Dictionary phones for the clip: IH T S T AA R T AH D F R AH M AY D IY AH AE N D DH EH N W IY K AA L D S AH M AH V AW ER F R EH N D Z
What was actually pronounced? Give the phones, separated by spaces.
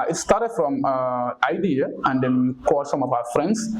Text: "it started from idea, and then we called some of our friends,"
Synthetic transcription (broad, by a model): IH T S T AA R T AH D F R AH M AY D IY AH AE N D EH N K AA D S AH M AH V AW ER F R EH N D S